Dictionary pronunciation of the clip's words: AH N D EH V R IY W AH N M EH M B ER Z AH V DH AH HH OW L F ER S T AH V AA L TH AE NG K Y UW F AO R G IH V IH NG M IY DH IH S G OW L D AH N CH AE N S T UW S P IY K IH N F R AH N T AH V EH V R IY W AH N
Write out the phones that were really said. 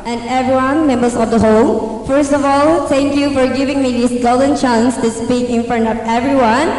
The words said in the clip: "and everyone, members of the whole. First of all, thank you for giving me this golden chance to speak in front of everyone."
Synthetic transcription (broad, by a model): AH N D EH V R IY W AH N M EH M B ER S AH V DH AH HH OW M F ER S T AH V AA L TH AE NG K Y UW F AO R G IH V IH NG M IY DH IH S G OW L D AH N CH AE N S T UW S P IY K IH N F R AH N T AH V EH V R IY W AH N